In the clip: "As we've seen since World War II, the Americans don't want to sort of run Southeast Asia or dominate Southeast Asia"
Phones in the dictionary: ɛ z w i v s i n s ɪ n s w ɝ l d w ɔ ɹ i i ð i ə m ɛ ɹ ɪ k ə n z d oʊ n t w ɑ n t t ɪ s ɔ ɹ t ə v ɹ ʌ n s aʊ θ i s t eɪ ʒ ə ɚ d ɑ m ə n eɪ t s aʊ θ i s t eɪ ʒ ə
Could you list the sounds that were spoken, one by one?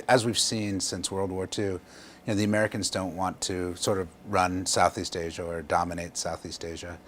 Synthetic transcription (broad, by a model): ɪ z w i v s i n s ɪ n s w ɝ l d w ɔ ɹ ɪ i ð i ə m ɛ ɹ ɪ k ə n z d oʊ n t w ɑ n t t ɪ s ɔ ɹ t ə v ɹ ʌ n s aʊ θ i s t eɪ ʒ ə ɚ d ɑ m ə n eɪ t s aʊ θ i s t eɪ ʒ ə